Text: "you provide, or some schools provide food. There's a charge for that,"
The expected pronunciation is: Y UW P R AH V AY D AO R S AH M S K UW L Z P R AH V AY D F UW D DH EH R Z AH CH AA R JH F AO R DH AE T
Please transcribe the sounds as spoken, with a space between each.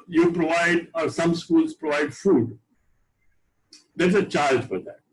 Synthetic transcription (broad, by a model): Y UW P R AH V AY D AO R S AH M S K UW L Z P R AH V AY D F UW D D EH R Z AH CH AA L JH F AO R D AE T